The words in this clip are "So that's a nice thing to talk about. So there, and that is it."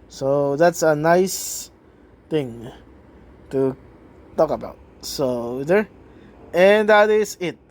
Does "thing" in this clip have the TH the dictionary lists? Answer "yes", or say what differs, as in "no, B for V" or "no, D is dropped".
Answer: no, T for TH